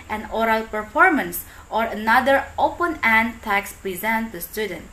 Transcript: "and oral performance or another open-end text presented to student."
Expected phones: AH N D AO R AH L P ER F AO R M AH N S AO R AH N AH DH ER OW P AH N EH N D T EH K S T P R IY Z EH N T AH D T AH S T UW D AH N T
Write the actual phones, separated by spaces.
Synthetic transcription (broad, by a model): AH N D AO R AH L P ER F AO R M AH N S AO R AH N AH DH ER OW P AH N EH N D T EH K S P R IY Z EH N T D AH S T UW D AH N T